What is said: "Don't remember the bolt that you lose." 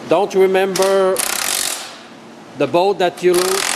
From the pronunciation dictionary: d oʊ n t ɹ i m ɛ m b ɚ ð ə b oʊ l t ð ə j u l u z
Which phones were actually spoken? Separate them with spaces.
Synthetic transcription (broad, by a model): d oʊ n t ɹ i m ɛ m b ɚ ð ə b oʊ t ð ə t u l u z